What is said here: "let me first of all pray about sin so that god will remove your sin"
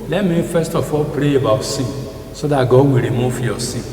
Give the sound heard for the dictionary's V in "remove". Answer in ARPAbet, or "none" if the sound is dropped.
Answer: F